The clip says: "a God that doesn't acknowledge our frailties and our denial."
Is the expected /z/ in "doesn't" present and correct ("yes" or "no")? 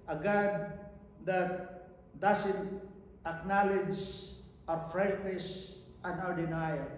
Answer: no